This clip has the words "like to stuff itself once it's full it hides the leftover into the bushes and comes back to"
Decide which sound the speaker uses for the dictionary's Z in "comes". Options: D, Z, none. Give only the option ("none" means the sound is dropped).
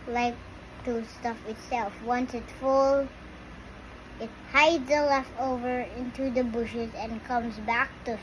Z